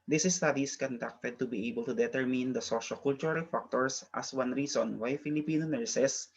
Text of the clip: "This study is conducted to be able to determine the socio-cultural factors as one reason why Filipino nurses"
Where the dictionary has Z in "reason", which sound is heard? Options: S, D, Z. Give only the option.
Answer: S